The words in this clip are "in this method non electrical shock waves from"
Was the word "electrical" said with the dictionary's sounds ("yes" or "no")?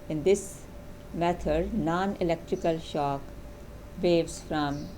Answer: yes